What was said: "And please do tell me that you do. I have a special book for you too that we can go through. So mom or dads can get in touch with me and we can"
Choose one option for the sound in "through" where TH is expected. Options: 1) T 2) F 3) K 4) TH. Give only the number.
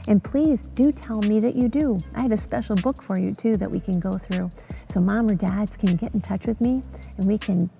4